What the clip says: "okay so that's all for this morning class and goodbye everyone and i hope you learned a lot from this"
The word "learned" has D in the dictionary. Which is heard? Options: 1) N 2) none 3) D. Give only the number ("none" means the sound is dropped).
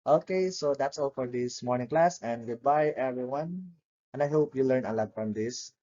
2